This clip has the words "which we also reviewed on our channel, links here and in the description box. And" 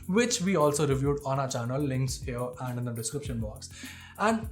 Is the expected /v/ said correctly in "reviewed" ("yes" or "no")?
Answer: yes